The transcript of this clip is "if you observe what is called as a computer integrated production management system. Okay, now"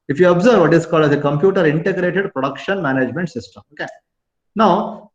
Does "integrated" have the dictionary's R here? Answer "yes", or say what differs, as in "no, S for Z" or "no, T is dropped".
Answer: yes